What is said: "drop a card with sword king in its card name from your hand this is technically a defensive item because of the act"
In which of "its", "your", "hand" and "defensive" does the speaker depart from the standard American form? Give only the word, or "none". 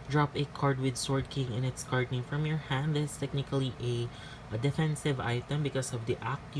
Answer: none